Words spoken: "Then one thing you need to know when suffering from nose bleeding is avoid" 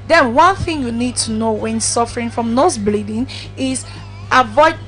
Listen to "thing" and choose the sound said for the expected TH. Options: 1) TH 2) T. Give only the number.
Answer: 1